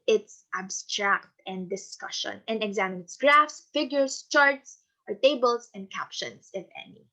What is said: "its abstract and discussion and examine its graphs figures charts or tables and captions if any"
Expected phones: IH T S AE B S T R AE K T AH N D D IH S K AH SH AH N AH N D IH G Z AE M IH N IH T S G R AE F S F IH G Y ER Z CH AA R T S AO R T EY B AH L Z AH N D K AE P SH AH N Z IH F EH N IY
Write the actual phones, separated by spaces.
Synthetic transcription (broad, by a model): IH T S AE B S T R AE K T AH N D D IH S K AH SH AH N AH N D IH G Z AE M IH N IH T S G R AE F S F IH G Y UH S CH AA R T S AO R T EY B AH L S AH N D K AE P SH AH N S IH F EH N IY